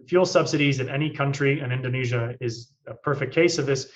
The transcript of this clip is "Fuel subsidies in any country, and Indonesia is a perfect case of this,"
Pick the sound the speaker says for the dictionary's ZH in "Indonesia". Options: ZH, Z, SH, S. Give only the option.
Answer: ZH